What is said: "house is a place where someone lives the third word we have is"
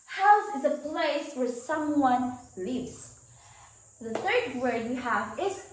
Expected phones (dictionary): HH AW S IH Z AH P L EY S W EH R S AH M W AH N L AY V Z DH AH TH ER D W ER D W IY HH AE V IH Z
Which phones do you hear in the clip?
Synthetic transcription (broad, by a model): HH AW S IH Z AH P L EY S W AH R S AH M W AH N L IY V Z DH AH TH ER D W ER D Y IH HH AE V IH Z